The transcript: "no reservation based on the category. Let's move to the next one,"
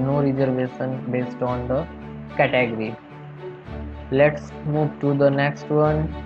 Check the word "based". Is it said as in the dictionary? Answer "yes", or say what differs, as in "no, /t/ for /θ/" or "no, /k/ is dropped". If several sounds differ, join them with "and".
yes